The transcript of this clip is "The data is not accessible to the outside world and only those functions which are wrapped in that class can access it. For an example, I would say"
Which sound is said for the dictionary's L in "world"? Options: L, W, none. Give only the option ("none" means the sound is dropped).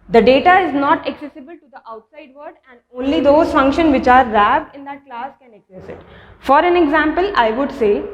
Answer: none